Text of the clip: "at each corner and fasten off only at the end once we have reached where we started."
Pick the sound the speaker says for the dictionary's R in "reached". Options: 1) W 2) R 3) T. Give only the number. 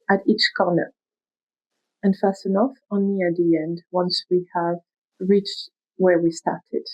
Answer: 2